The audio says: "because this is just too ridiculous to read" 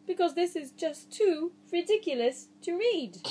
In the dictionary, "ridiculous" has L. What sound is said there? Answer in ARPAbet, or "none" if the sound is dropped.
L